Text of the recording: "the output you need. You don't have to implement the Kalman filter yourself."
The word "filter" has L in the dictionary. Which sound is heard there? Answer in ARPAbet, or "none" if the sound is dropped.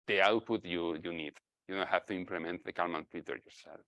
none